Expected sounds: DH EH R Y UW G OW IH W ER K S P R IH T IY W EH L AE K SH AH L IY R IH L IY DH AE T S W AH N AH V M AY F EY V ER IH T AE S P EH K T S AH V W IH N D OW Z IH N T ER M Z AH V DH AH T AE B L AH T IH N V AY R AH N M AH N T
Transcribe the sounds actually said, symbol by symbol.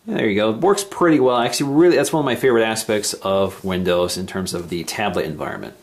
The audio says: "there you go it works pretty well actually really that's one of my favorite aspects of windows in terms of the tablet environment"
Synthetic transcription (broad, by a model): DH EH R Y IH G OW IH W ER K S P R IH T IY W EH L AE K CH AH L IY R IH L IY DH AE T S W AH N AH V M AY F EY V ER IH T AE S P EH K T S AH V W IH N D OW Z IH N T ER M Z AH V DH AH T AE B L AH T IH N V AY R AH N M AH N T